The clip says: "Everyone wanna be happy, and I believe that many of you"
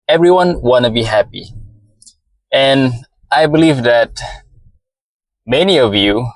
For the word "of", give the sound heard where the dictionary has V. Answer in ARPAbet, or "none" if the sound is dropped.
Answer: V